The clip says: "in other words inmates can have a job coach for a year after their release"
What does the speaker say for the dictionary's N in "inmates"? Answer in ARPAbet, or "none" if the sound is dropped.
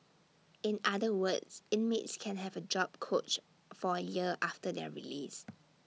N